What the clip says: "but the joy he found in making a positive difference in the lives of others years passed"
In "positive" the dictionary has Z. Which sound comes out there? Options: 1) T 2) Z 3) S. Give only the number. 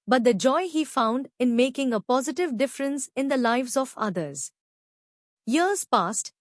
2